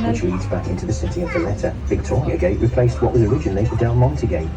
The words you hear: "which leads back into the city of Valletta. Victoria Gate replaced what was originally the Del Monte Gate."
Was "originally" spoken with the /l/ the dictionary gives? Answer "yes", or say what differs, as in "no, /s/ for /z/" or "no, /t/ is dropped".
yes